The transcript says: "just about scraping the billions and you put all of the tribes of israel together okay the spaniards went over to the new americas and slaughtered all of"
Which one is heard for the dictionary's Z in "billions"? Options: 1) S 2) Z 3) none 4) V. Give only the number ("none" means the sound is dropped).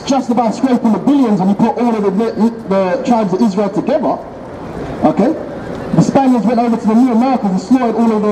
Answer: 2